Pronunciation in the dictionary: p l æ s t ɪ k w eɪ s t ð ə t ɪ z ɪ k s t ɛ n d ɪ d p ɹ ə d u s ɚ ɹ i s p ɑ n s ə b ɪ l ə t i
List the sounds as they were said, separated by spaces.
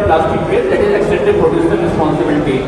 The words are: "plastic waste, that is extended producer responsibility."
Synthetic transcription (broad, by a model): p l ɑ s t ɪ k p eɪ t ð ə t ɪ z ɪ k s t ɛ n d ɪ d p ɹ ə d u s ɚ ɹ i s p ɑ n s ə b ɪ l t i